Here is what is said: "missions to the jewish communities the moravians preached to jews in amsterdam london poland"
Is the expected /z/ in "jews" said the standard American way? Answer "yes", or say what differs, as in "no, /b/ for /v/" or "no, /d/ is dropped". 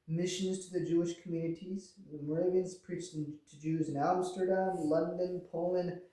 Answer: yes